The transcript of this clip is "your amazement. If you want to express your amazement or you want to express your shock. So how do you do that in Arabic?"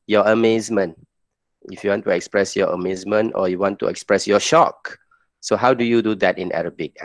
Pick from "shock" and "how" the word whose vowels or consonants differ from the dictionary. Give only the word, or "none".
none